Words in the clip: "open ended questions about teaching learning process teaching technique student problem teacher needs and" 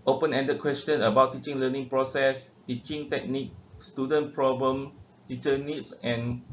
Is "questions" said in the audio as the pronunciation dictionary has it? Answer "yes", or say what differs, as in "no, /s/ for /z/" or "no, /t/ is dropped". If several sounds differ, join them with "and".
no, /z/ is dropped